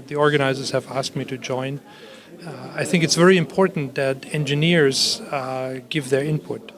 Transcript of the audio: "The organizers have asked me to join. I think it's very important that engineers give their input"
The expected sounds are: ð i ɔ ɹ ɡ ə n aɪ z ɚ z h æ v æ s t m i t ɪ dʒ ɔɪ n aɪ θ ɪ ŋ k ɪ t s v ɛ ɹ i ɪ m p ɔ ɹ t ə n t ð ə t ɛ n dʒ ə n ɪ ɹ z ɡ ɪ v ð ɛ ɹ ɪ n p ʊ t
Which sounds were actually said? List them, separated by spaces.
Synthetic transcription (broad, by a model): ð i ɔ ɹ ɡ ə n aɪ z ɚ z h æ v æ s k m i t ɪ dʒ ɔɪ n aɪ θ ɪ ŋ k ɪ t s v ɛ ɹ i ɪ m p ɔ ɹ t n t ð ə t ɛ n dʒ ə n ɪ ɹ z ɡ ɪ v ð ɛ ɹ ɪ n p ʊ t